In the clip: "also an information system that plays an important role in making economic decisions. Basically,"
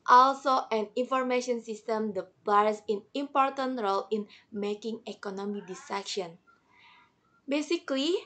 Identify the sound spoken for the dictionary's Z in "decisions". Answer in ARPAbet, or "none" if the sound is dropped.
none